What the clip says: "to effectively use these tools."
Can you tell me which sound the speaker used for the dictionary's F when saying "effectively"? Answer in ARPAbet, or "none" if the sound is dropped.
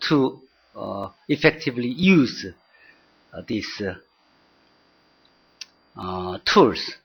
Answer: F